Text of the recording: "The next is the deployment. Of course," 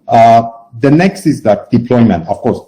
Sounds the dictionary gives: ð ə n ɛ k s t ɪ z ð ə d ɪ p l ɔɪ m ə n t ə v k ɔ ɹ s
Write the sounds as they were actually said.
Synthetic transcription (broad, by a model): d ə n ɛ k s t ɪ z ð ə d ɪ p l ɔɪ m ə n t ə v k ɔ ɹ s